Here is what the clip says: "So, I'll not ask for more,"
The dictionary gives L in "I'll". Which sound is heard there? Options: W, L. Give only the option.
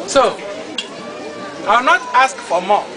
W